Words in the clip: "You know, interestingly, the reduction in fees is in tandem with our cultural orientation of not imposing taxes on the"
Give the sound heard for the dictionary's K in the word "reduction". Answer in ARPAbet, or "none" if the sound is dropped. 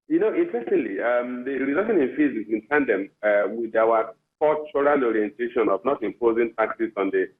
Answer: none